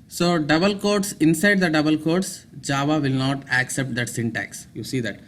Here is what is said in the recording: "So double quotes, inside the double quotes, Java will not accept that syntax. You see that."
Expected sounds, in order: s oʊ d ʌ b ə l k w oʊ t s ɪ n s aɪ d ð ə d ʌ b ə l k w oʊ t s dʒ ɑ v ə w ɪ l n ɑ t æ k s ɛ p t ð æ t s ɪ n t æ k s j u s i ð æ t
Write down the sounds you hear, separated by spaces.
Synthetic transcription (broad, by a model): s oʊ d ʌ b ə l k oʊ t s ɪ n s aɪ d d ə d ʌ b ə l k oʊ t s dʒ ɑ v ə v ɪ l n ɑ t æ k s ɛ p t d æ t s ɪ n t æ k s j u s i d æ t